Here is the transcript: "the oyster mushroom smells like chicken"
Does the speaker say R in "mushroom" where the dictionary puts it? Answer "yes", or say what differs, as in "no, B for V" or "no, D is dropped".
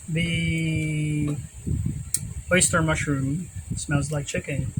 yes